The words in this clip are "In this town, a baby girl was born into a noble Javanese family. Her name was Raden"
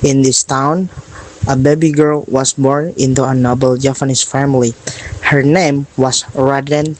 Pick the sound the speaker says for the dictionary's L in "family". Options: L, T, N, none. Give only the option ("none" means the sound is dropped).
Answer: L